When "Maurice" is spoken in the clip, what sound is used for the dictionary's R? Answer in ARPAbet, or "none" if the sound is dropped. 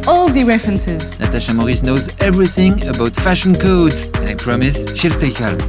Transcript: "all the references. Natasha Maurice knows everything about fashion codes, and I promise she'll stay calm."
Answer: R